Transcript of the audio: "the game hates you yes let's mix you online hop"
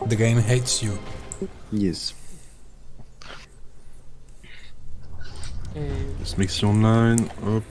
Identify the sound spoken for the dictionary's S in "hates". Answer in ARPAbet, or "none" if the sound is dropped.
S